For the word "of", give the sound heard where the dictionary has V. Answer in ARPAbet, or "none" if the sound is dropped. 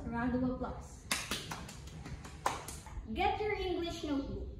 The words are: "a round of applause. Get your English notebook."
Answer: W